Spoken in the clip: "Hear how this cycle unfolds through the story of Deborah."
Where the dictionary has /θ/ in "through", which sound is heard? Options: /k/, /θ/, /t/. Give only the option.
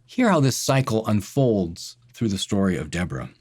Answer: /θ/